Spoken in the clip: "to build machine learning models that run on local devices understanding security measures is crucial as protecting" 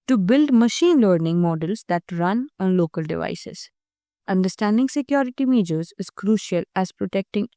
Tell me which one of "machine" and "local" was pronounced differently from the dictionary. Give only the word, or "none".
none